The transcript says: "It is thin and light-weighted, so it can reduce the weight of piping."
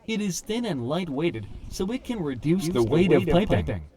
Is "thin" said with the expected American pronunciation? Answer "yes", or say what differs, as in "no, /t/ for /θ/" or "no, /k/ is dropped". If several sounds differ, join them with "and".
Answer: yes